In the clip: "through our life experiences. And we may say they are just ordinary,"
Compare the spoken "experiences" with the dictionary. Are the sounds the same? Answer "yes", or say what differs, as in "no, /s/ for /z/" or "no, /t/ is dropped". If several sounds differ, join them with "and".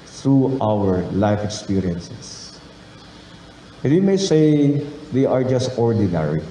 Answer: no, /s/ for /z/